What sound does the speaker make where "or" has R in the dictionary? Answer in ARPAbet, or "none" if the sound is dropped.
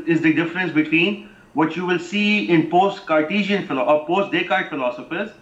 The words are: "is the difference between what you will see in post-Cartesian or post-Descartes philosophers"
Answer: L